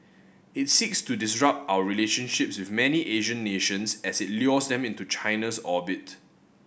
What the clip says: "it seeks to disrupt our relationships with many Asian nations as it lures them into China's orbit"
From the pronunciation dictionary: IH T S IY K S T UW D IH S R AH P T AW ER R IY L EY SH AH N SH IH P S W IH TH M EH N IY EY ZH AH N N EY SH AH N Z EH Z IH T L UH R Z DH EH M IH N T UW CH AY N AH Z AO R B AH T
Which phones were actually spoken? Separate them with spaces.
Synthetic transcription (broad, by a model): IH T S IY K S T UW D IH S R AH P T AW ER R IY L EY SH AH N SH IH P S W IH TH M EH N IY EY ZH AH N N EY SH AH N S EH S IH T L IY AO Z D EH M IH N T UW CH AY N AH S AO B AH T